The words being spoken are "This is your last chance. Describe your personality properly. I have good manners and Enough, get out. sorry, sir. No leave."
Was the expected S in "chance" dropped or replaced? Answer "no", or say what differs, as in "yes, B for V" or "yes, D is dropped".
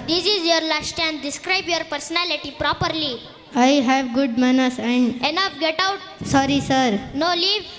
yes, S is dropped